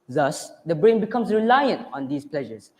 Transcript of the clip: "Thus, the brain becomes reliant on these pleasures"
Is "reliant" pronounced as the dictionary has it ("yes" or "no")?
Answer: yes